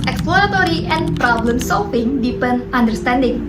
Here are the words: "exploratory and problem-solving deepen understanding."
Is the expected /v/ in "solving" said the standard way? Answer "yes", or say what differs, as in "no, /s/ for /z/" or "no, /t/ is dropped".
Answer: no, /f/ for /v/